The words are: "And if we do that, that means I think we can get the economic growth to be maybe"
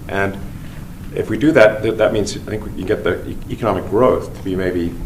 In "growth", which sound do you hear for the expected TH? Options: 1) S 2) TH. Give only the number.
2